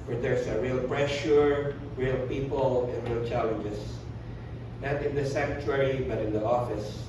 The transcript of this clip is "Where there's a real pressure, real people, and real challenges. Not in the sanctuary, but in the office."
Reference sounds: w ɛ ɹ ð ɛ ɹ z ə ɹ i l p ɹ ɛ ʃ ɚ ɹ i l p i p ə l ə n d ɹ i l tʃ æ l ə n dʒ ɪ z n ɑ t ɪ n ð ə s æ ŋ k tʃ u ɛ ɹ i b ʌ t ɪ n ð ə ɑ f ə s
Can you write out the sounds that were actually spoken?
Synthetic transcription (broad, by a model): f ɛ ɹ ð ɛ ɹ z ə ɹ i l p ɹ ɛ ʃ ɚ ɹ i l p i p ə l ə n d ɹ i l tʃ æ l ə n dʒ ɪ s n ɑ t ɪ n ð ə s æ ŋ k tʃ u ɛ ɹ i b ʌ t ɪ n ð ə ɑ f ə s